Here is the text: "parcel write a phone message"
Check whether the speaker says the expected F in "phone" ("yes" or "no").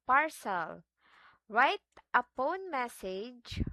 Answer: no